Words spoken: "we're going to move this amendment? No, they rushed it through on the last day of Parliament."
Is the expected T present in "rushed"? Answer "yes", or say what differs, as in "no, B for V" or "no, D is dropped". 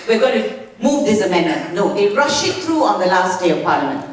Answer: no, T is dropped